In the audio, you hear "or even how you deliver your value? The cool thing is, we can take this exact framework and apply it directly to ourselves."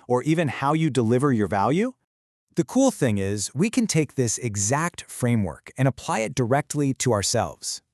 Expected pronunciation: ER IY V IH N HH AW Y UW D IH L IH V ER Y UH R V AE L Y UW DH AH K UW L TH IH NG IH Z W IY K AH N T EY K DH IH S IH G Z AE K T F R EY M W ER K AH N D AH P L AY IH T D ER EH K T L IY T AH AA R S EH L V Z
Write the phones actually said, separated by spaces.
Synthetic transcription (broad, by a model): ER IY V IH N HH AW Y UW D IH L IH V ER Y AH R V AE L Y UW DH AH K UW L TH IH NG IH Z W IY K AH N T EY K DH IH S IH G Z AE K T F R EY M W ER K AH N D AH P L AY IH T D ER EH K T L IY T AH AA R S EH L V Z